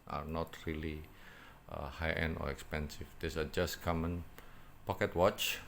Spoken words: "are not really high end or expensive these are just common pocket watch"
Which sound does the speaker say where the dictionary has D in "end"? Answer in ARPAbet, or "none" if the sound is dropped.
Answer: none